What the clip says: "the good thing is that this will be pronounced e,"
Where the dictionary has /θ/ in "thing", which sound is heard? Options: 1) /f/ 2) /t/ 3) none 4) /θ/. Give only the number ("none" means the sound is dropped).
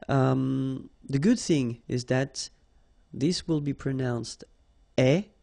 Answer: 4